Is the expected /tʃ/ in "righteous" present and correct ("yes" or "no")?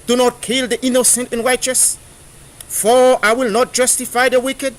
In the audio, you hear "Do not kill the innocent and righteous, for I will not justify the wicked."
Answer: yes